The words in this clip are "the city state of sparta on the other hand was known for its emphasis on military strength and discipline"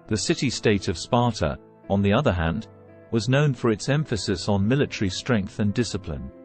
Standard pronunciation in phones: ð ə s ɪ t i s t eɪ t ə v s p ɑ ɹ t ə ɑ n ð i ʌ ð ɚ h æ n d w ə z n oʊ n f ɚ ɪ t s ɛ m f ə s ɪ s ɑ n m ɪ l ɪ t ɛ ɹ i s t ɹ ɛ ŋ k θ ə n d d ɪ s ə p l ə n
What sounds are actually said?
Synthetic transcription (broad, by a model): ð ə s ɪ t i s t eɪ t ə v s p ɑ ɹ t ə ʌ n ð i ʌ ð ɚ h æ n d w ə z n oʊ n f ɚ ɪ t s ɛ m f ə s ɪ s n m ɪ l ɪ t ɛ ɹ i s t ɹ ɛ ŋ k θ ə n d d ɪ s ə p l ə n